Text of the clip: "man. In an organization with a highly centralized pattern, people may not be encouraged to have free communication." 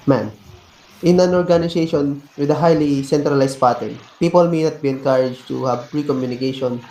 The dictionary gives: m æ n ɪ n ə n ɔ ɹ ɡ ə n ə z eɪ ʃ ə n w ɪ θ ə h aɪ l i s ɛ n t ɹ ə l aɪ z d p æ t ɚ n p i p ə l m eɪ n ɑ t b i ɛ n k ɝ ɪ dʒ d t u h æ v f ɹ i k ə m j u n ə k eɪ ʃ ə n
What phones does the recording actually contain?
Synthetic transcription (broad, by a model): m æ n ɪ n ə n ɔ ɹ ɡ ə n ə s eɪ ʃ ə n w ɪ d ə h aɪ l i s ɛ n t ɹ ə l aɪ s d p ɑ t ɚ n p i p ə l m eɪ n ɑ t b i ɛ n k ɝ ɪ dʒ t u h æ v p ɹ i k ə m j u n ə k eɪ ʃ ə n